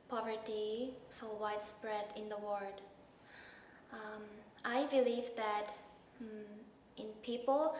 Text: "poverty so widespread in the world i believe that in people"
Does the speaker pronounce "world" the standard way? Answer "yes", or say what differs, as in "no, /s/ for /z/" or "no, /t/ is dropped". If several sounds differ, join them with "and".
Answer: no, /l/ is dropped